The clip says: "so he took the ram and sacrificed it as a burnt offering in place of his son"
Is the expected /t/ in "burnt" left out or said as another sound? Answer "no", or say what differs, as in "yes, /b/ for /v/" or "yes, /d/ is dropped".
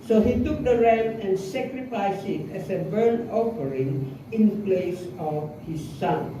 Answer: yes, /t/ is dropped